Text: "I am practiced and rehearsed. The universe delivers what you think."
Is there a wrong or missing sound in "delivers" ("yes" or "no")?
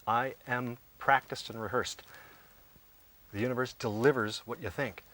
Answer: no